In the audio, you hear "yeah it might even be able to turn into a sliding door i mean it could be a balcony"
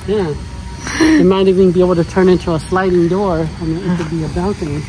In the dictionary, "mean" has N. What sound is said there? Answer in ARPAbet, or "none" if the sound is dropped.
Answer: none